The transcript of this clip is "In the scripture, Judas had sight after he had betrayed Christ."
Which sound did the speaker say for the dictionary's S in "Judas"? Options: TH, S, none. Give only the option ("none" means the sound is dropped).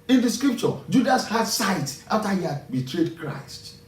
S